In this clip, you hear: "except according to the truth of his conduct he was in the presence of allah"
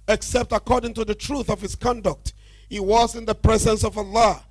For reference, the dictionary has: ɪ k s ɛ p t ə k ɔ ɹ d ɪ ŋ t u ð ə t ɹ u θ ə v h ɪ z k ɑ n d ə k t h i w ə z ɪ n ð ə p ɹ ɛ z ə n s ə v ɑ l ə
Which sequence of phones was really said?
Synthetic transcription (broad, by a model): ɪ k s ɛ p t ə k ɔ ɹ d ɪ ŋ t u ð ə t ɹ u θ ə v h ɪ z k ɑ n d ə k t h i w ə z ɪ n ð ə p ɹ ɛ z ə n s ə v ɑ l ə